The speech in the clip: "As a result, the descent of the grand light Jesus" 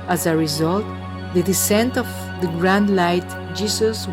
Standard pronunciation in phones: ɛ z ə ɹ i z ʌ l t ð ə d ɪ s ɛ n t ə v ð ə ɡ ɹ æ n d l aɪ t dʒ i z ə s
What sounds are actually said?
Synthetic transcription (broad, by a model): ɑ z ə ɹ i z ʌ l t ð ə d ɪ s ɛ n t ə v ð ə ɡ ɹ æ n d l aɪ t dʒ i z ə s